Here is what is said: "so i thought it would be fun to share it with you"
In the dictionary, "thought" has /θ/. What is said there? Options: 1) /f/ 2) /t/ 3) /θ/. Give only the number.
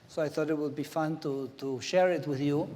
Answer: 3